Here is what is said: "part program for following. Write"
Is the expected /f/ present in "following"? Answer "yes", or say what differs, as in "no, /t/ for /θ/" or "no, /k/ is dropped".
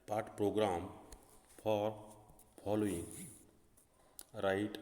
no, /p/ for /f/